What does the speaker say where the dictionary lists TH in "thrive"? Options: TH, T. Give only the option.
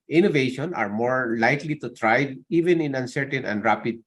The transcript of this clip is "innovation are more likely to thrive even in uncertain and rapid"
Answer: T